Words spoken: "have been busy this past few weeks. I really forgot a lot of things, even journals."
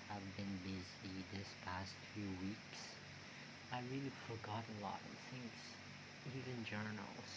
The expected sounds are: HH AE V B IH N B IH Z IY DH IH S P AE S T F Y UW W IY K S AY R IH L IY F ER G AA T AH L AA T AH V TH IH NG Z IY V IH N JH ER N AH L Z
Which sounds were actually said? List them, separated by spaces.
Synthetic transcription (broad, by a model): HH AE V B IH N B IH Z IY DH IH S P AE S T F Y UW W IY K S AY R IH L IY F ER G AA T AH L AA T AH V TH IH NG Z IY V IH N JH ER N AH L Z